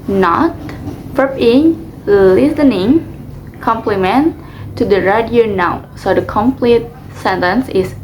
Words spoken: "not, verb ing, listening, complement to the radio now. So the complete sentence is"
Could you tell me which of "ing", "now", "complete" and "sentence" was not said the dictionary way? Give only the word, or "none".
none